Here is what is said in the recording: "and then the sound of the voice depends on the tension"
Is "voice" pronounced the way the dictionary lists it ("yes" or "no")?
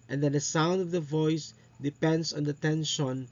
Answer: yes